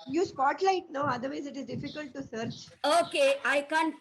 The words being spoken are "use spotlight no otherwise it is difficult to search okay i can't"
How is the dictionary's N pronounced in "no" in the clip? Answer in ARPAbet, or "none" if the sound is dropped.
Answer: N